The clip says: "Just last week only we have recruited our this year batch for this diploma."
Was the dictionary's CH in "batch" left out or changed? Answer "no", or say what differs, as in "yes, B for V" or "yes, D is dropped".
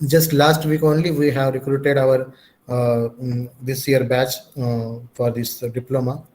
no